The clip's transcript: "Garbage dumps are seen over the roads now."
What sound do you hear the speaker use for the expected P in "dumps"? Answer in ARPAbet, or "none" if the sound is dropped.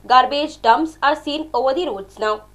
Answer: none